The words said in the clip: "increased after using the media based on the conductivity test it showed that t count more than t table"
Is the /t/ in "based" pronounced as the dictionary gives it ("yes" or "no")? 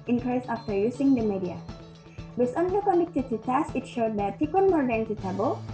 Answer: no